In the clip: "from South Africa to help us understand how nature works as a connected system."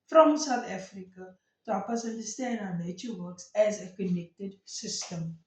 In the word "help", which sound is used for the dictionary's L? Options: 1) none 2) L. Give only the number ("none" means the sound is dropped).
1